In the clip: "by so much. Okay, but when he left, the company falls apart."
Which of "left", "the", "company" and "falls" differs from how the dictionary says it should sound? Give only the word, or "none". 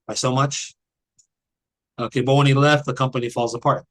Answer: none